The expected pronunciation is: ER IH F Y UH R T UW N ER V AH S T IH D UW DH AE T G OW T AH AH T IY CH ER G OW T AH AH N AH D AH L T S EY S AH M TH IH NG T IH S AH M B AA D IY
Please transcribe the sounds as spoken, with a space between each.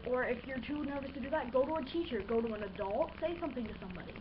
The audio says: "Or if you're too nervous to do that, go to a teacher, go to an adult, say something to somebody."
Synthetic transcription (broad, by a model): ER IH F Y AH R T UW N ER V AH S T IH D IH DH AE T G OW T AH AH T IY CH ER G OW T AH AH N AH D AH L T S EY S AH M TH IH NG T IH S AH M B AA D IY